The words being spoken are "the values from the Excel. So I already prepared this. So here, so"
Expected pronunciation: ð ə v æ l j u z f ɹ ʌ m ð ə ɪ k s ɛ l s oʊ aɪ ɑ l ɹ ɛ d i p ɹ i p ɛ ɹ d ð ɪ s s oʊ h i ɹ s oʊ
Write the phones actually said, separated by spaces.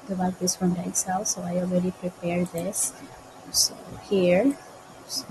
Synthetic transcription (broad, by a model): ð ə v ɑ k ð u s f ɹ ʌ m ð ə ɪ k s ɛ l s oʊ aɪ ɑ l ɹ ɛ d i p ɹ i p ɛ ɹ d ð ɪ s s oʊ h i ɹ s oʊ